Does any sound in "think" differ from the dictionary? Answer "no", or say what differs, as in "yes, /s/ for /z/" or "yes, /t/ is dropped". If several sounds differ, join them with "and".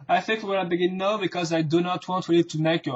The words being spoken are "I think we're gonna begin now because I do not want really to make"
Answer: no